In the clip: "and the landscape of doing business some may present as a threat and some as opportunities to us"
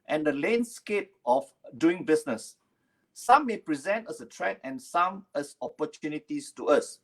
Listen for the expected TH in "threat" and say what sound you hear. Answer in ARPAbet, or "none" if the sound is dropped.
T